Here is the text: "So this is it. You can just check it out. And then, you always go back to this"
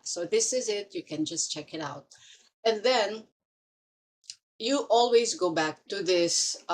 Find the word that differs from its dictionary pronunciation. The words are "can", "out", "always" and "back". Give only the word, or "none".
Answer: none